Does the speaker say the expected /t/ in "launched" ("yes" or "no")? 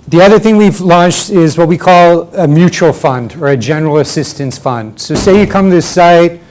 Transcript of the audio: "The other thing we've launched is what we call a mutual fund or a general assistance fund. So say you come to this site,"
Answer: yes